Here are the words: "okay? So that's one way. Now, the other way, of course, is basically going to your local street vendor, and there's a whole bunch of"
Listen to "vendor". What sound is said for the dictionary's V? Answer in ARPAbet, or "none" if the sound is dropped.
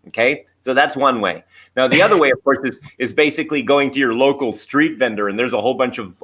V